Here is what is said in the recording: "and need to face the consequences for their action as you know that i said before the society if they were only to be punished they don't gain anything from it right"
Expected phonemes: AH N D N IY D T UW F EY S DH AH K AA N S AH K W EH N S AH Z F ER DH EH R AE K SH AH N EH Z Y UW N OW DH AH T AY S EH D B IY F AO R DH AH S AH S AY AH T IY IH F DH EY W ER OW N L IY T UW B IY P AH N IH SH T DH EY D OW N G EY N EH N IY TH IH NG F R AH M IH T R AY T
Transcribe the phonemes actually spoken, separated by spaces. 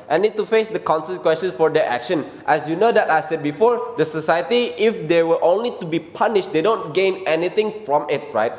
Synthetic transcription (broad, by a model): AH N N IY D T UW F EY S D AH K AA N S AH K W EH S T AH S F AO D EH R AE K SH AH N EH S Y UW N OW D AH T AY S EH D B IY F AO R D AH S AH S AY AH T IY IH F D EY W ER OW N L IY T UW B IY P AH N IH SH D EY D OW N G EY N EH N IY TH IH NG F R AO M IH T R AY T